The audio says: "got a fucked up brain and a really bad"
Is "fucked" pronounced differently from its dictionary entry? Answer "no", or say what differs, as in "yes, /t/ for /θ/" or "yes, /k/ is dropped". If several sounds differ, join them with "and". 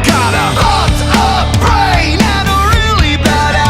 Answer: yes, /k/ is dropped